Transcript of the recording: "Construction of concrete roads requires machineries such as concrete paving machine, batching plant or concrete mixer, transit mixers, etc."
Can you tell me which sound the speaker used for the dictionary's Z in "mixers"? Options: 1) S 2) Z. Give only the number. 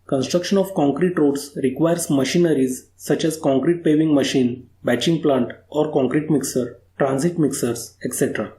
1